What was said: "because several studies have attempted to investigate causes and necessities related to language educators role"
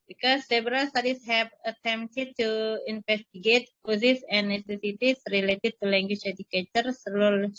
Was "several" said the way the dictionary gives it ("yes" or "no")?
no